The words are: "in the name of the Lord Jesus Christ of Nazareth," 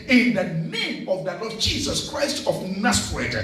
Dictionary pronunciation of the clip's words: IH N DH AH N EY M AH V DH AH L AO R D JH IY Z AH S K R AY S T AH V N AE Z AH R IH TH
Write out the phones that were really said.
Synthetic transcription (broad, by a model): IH N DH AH N EY M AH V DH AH L AO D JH IY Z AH S K R AY S T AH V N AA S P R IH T